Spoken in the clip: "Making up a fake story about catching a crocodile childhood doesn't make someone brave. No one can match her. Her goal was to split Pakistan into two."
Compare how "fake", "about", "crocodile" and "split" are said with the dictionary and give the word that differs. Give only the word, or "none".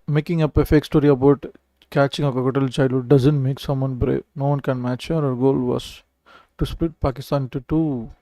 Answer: crocodile